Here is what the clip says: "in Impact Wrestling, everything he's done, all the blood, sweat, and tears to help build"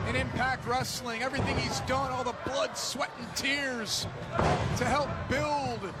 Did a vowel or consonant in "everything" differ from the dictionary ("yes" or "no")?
no